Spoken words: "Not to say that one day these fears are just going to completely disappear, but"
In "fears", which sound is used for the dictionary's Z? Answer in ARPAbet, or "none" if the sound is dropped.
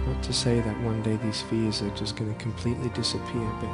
Z